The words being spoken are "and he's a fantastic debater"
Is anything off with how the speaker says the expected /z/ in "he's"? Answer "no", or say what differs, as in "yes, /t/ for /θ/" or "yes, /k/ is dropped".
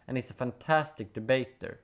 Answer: yes, /s/ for /z/